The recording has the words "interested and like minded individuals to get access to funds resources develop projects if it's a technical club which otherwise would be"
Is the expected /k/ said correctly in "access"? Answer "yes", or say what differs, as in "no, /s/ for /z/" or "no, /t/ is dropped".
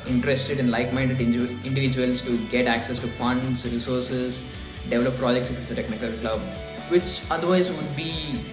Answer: yes